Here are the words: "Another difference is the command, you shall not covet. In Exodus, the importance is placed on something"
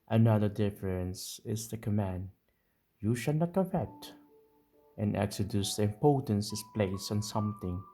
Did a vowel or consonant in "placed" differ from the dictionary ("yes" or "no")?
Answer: yes